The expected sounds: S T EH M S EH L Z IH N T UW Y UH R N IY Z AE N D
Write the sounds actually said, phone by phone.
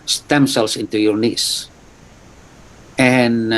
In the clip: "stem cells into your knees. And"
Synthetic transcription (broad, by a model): S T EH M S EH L S IH N T UW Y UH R N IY S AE N